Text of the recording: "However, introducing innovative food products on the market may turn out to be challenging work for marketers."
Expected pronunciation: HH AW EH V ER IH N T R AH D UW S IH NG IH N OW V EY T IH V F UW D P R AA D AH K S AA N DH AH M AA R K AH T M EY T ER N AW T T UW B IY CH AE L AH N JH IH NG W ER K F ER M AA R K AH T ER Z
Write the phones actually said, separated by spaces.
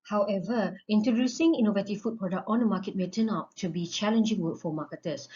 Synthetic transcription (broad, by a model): HH AW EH V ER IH N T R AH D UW S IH NG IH N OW V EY T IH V F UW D P R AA D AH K AA N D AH M AA K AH T M EY T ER N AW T T UW B IY CH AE L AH N JH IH NG W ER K F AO M AA K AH T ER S